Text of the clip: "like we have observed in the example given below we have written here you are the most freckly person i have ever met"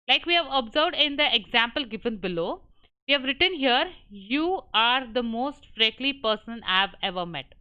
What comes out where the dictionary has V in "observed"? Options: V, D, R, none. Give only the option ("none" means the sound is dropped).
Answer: V